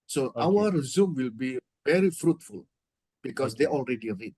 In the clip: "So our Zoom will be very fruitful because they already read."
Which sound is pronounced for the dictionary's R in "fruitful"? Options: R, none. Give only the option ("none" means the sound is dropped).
R